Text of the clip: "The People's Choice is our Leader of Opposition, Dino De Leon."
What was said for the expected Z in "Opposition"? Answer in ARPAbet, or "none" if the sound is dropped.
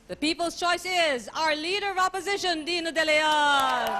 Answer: Z